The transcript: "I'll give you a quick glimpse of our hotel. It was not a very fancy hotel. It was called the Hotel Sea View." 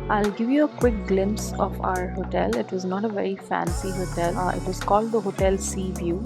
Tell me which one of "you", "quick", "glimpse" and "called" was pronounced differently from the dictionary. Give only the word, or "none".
none